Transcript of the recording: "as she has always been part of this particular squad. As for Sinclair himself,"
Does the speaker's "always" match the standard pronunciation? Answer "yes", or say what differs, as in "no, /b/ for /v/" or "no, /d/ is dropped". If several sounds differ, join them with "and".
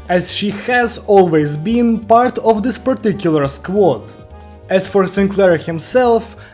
yes